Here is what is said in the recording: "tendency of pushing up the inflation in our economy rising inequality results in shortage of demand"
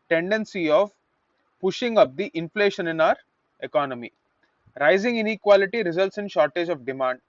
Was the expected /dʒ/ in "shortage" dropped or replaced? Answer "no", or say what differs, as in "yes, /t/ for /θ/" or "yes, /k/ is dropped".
no